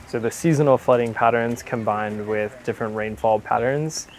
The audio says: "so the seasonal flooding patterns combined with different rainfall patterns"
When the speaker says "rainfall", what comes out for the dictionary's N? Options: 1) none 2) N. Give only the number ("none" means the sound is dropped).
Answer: 2